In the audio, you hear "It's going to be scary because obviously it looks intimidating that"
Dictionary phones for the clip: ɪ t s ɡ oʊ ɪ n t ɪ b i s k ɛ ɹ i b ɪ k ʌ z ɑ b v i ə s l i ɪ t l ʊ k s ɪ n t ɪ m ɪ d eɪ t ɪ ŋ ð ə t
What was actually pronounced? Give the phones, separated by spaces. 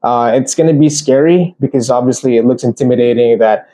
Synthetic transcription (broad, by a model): ɪ t s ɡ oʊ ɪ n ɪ b i s k ɛ ɹ i b ɪ k ʌ z ɑ b v i ə s l i ɪ t l ʊ k s ɪ n t ɪ m ɪ d eɪ t ɪ ŋ ð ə t